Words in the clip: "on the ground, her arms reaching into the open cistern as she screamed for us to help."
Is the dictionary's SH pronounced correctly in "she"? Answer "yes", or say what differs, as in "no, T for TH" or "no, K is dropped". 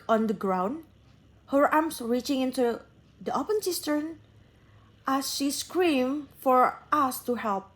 yes